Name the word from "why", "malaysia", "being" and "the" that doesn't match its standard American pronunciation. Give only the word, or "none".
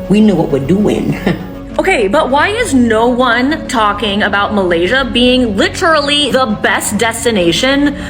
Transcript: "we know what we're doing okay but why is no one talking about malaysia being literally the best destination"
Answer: none